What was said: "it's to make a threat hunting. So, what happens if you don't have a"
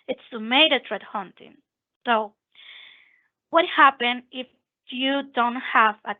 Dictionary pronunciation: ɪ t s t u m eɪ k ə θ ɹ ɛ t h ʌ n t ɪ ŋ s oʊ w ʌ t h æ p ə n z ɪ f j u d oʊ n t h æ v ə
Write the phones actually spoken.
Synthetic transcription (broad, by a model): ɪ t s t u m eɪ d ə t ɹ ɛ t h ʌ n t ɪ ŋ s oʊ w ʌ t h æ p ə n ɪ f j u d oʊ n t h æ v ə